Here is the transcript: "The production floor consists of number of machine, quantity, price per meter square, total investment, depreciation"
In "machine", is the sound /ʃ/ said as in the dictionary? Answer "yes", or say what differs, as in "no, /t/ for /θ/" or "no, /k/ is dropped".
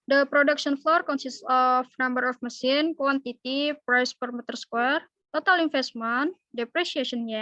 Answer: no, /s/ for /ʃ/